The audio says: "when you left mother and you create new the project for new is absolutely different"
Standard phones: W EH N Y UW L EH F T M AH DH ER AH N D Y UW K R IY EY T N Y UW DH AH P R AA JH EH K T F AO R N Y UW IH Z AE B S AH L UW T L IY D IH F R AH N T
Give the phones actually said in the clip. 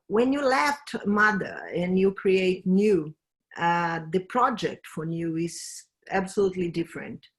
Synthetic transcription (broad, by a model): W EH N Y UW L EH F T M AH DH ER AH N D Y UW K R IY EY T N Y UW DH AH P R AA JH EH K T F AO R N Y UW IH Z AE B S AH L UW T L IY D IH F R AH N T